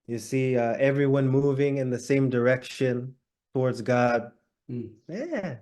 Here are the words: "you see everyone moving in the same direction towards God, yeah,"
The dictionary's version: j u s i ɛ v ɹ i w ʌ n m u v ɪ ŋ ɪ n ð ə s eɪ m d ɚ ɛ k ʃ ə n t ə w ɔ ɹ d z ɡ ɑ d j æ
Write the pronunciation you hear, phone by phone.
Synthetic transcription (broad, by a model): j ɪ s i ɛ v ɹ i w ʌ n m u v ɪ ŋ ɪ n ð ə s eɪ m d ɚ ɛ k ʃ ə n t ə w ɔ ɹ d z ɡ ɑ d j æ